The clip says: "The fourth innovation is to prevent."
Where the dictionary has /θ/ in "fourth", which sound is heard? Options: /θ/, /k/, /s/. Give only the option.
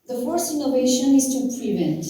/s/